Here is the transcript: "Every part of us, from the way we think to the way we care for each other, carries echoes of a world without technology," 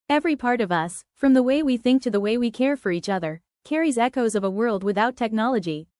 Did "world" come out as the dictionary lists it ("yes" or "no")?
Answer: yes